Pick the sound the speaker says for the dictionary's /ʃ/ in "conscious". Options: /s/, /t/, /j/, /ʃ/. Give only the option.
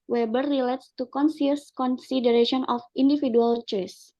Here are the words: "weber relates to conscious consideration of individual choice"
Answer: /s/